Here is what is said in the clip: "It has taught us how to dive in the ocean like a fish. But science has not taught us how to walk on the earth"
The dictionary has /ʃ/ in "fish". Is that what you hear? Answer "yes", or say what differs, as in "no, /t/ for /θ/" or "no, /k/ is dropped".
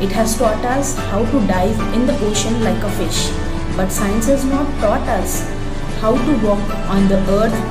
yes